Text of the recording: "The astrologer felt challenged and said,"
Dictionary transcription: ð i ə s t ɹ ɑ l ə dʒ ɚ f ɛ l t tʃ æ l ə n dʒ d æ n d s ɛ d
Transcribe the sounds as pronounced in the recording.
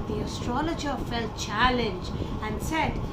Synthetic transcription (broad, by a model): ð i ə s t ɹ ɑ l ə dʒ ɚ f ɛ l t tʃ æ l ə n dʒ æ n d s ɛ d